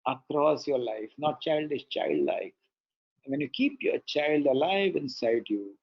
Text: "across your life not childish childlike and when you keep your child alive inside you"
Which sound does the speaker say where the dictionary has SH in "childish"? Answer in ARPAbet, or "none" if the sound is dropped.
S